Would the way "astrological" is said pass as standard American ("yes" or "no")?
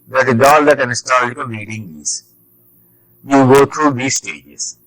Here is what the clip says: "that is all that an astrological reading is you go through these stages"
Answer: no